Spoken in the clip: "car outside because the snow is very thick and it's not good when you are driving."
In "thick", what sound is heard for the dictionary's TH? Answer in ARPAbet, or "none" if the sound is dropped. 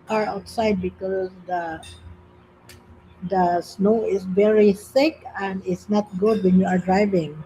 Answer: S